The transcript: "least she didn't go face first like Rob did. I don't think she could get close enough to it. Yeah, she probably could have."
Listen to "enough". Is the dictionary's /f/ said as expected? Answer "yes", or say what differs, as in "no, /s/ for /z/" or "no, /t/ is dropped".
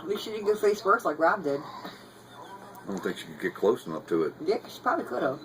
no, /p/ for /f/